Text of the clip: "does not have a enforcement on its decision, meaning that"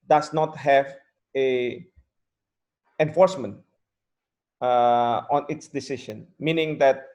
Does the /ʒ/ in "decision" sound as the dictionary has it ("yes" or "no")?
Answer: no